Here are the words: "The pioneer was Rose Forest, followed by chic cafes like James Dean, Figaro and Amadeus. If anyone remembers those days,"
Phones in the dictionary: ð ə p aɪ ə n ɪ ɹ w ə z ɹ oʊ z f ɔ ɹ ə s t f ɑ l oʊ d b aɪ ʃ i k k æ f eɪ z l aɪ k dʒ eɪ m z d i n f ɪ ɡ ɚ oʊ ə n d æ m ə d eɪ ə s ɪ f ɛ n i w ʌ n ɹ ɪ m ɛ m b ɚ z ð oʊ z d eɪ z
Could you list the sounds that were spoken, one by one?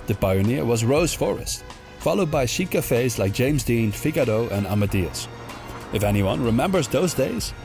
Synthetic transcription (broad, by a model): ð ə p aɪ ə n ɪ ɹ w ə z ɹ oʊ z f ɔ ɹ ə s t f ɑ l oʊ d b aɪ ʃ i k k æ f eɪ z l aɪ k dʒ eɪ m z d i n f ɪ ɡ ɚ oʊ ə n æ m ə d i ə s ɪ f ɛ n i w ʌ n ɹ ɪ m ɛ m b ɚ z ð oʊ z d eɪ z